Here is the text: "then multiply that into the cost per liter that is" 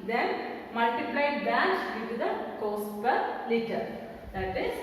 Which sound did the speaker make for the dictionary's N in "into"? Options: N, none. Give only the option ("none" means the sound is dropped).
none